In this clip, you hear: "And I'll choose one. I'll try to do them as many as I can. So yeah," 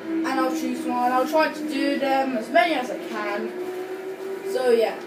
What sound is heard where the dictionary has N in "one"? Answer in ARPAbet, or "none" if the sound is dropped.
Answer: L